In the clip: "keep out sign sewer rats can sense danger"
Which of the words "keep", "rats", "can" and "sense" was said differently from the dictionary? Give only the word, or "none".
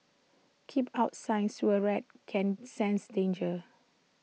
rats